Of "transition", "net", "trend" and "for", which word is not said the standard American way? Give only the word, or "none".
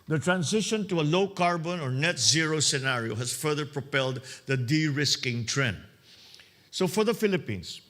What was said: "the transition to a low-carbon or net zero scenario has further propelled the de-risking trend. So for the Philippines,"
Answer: transition